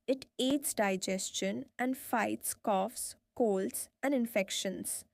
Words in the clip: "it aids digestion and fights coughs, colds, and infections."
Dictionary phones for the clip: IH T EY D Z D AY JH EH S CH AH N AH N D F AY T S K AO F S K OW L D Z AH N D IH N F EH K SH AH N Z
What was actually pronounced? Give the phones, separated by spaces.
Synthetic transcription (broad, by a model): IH T EY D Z D AY JH EH S CH AH N AH N D F AY T S K AO F S K OW L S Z AH N D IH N F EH K SH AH N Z